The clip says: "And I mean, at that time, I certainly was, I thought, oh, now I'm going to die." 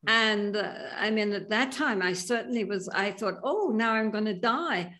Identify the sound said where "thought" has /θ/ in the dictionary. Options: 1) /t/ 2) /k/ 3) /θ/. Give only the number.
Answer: 3